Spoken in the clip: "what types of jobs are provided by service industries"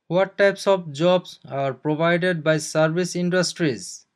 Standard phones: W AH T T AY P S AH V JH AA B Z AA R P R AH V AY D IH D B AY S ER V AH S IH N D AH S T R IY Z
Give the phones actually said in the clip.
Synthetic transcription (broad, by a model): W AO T T AY P S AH B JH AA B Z AA R P R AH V AY D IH D B AY S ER B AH S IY N D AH S T R IY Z